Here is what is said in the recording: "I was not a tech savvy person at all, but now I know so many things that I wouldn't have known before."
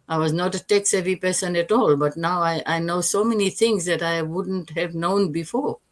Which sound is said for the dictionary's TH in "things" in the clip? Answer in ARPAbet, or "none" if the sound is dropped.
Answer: T